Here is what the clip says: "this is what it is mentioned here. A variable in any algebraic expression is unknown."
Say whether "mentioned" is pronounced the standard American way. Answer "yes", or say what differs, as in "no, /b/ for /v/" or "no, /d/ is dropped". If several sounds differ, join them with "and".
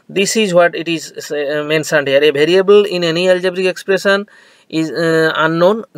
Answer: no, /s/ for /ʃ/